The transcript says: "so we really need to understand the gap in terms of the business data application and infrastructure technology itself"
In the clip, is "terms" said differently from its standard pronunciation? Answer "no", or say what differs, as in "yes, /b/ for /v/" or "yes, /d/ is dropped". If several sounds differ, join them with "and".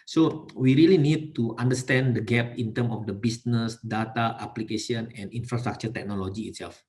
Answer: yes, /z/ is dropped